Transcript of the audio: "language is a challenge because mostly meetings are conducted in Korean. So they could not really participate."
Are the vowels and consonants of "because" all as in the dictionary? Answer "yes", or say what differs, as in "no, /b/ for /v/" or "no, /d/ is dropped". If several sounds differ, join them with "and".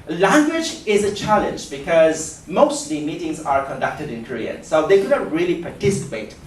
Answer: yes